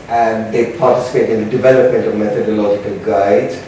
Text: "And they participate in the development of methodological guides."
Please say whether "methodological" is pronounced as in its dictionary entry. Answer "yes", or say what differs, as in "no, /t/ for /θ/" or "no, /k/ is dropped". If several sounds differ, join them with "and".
yes